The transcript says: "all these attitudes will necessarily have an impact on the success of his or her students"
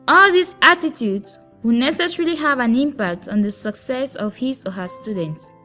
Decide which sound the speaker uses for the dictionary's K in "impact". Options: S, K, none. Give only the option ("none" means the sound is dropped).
K